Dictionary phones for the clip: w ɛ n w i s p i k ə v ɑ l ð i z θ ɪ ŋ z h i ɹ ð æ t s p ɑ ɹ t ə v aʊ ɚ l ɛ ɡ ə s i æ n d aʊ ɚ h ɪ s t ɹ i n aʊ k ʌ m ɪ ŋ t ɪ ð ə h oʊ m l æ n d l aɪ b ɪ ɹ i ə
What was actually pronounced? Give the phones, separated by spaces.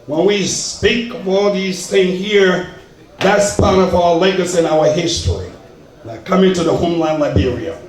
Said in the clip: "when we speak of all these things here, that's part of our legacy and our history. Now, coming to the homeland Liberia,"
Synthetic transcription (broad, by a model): w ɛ n w i s p i k ə v ɑ l ð i z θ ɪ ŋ h i ɹ ð æ t s p ɑ ɹ t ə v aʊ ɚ l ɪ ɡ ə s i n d aʊ ɚ h ɪ s t ɹ i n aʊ k ʌ m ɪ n t ɪ ð ə h oʊ m l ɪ n l aɪ b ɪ ɹ i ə